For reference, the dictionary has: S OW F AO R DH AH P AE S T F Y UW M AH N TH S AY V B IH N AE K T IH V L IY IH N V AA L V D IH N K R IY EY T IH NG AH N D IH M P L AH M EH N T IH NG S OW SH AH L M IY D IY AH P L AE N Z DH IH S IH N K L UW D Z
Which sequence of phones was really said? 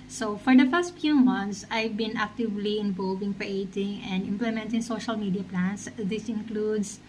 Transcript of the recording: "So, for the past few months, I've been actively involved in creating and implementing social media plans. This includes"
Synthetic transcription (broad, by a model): S OW F AO R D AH F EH S T F Y UW M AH N T S AY V B IH N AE K T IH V L IY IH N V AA L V IH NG K R IY EY T IH NG AH N D IH M P L AH M EH N T IH NG S OW SH AH L M IY D IY AH P L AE N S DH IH S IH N K L UW D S